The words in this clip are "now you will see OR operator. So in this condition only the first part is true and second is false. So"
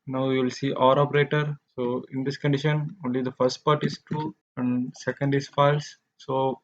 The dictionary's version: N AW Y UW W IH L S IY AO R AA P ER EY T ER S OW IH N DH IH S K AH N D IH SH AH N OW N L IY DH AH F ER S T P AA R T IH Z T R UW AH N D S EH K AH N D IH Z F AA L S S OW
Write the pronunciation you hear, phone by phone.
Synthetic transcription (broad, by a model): N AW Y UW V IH L S IY AO R AA P ER EY T ER S OW IH N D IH S K AH N D IH SH AH N OW N L IY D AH F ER S T P AA R T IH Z T UW AH N D S EH K AH N D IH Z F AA L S S OW